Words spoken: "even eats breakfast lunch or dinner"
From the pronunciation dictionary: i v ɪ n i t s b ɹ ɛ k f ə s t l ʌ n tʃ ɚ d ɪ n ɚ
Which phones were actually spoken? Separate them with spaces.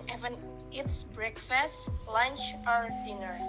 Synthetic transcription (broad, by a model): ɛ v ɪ n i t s b ɹ ɛ k f ə s t l ʌ n tʃ ɚ d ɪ n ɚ